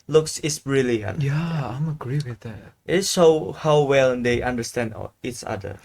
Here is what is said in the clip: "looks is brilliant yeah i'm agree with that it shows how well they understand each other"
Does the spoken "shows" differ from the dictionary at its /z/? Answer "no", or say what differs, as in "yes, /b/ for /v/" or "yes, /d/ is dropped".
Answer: yes, /z/ is dropped